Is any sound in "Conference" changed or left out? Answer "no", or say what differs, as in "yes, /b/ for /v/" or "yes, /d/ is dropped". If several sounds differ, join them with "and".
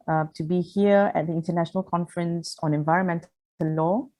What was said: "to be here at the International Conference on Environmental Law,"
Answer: no